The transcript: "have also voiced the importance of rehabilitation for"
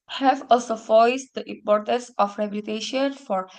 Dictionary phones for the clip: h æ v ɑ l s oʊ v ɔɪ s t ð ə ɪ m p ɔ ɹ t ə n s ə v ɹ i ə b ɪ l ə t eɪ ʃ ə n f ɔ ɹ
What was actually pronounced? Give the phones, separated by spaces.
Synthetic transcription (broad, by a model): h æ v ɑ l s oʊ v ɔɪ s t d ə ɪ m p ɔ ɹ t ə n s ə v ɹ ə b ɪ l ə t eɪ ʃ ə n f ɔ ɹ